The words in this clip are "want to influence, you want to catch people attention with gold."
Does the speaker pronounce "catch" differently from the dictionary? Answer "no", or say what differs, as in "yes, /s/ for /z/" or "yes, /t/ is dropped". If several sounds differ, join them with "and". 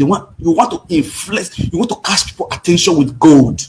yes, /s/ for /tʃ/